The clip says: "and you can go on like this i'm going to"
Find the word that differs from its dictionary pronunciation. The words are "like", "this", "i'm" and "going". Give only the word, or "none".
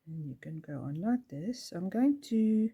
none